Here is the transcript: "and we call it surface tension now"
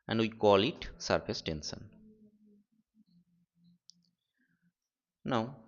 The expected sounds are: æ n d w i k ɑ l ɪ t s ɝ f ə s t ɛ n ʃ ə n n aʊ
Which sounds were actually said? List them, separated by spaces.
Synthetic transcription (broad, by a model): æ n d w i k ɑ l ɪ t s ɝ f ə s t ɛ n s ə n n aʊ